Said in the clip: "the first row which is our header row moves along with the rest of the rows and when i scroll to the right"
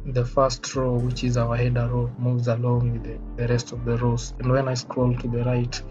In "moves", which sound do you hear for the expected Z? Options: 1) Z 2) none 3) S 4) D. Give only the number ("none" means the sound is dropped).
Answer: 1